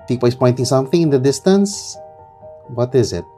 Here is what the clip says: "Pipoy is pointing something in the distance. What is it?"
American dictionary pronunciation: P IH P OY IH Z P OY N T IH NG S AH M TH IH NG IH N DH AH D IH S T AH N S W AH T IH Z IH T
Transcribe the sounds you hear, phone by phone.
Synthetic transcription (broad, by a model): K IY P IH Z P OY N T IH NG S AH M TH IH NG IH N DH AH D IH S T AH N S W AH T IH Z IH T